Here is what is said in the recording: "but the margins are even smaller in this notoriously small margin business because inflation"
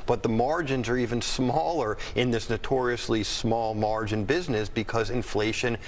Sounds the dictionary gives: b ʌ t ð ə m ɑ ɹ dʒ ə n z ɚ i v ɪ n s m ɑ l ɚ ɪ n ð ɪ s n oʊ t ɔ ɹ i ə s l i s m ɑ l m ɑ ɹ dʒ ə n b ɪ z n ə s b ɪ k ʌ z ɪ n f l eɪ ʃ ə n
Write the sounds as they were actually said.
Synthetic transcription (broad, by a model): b ʌ t ð ə m ɑ ɹ dʒ ə n z ɚ i v ɪ n s m ɑ l ɚ ɪ n ð ɪ s n oʊ t ɔ ɹ i ə s l i s m ɑ l m ɑ ɹ dʒ ə n b ɪ z n ə s b ɪ k ʌ z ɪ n f l eɪ ʃ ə n